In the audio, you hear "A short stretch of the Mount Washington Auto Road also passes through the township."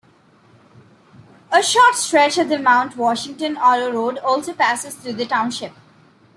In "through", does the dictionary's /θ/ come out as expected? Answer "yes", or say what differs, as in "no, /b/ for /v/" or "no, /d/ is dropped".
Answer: no, /t/ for /θ/